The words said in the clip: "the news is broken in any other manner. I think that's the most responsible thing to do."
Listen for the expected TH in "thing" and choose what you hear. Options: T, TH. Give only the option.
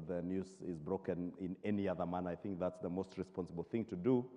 TH